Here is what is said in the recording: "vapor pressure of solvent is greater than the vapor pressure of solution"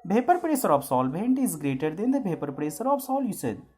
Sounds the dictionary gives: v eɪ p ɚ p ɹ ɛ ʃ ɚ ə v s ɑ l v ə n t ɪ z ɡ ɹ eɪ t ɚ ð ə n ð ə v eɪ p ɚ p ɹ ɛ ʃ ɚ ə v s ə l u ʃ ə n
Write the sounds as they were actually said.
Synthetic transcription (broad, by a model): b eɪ p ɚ p ɹ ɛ s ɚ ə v s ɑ l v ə n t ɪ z ɡ ɹ eɪ t ɚ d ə n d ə b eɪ p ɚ p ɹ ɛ s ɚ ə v s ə l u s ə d